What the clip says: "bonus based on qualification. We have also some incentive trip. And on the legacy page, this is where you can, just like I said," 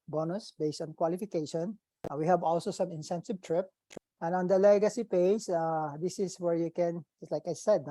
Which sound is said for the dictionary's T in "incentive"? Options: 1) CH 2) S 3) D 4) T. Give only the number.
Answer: 2